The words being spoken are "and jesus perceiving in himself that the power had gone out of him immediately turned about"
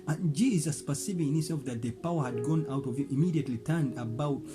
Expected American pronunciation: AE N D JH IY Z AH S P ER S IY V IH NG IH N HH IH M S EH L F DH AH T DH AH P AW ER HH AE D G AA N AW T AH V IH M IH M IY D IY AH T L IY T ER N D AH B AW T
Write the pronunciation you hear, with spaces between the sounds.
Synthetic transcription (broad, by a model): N JH IY Z AH S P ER S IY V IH IH N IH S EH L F DH AH T DH AH P AW ER HH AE D G AA N AW T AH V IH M IH M IY D IY AH T L IY T ER N D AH B AW T